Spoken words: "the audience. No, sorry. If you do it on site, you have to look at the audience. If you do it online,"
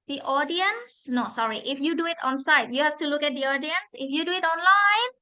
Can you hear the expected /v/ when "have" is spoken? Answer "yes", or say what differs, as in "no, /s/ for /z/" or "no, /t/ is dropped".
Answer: no, /f/ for /v/